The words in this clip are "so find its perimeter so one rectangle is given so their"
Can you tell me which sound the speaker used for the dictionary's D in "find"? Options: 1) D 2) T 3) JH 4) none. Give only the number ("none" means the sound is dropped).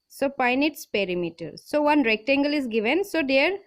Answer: 4